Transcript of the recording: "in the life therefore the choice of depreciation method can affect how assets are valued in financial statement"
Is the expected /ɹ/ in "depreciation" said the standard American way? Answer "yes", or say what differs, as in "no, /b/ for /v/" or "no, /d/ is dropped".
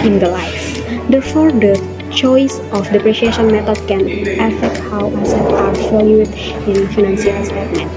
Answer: yes